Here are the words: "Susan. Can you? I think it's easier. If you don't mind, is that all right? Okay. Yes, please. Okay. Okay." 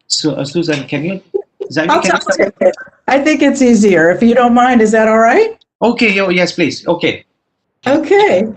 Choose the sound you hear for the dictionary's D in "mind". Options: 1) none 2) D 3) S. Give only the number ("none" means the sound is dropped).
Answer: 2